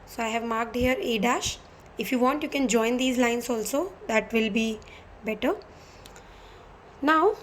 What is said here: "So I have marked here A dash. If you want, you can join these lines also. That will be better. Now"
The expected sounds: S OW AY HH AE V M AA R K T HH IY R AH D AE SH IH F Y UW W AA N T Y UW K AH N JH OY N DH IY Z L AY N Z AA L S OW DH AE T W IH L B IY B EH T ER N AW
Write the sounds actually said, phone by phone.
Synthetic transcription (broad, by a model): S OW AY HH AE V M AA R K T HH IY R AH D AE SH IH F Y UW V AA N T Y UW K AH N JH OY N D IY Z L AY N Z AA L S OW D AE T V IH L B IY B EH T ER N AW